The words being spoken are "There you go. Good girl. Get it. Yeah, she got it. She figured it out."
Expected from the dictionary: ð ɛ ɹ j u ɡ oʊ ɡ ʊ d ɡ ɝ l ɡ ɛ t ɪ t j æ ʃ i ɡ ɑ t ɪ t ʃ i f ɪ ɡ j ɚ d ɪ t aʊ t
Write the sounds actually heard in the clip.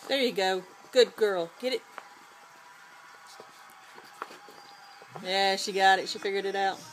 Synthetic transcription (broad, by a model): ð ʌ ɹ j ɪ ɡ oʊ ɡ ʊ d ɡ ɝ l ɡ ɛ t ɪ t j æ ʃ i ɡ ɑ t ɪ t ʃ i f ɪ ɡ j ɚ d ɪ t aʊ t